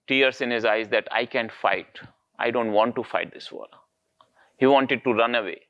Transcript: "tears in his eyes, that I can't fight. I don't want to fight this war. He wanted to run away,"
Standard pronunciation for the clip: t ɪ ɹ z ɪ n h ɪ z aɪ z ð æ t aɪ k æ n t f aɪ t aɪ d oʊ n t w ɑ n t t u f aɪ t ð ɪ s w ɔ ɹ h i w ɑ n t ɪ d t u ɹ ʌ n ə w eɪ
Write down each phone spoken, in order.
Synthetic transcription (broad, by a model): t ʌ ɹ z ɪ n h ɪ z aɪ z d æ t aɪ k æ n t f aɪ t aɪ d oʊ n t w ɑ n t t u f aɪ t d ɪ s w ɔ l h i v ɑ n t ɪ d t u ɹ ʌ n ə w eɪ